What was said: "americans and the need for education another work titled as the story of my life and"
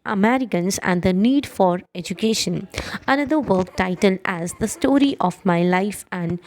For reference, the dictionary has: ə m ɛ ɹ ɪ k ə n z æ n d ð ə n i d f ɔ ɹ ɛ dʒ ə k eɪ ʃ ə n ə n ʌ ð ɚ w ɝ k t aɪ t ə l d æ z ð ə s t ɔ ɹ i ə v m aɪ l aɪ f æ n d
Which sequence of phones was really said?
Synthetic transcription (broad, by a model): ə m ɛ ɹ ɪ k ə n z æ n d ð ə n i d f ɔ ɹ ɛ dʒ ə k eɪ ʃ ə n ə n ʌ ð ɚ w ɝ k t aɪ t ə l d æ z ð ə s t ɔ ɹ i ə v m aɪ l aɪ f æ n d